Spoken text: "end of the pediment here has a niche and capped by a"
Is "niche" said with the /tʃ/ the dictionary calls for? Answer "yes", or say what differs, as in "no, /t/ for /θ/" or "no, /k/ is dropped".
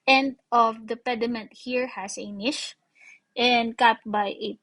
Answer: no, /ʃ/ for /tʃ/